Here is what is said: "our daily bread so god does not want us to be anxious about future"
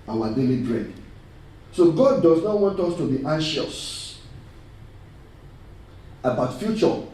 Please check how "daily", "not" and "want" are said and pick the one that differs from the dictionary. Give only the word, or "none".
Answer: none